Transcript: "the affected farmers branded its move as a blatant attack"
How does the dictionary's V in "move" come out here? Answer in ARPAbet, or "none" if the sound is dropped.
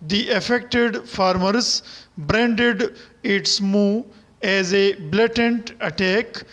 none